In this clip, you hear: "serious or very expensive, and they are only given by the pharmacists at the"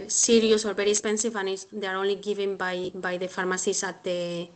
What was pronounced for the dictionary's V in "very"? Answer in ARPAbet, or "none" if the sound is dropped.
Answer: B